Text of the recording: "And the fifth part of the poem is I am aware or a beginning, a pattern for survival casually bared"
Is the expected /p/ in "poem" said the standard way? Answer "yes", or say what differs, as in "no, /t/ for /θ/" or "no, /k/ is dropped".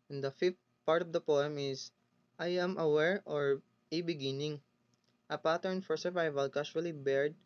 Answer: yes